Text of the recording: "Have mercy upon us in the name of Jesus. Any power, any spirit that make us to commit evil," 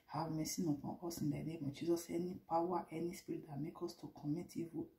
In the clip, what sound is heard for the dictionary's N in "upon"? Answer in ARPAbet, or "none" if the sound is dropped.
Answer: none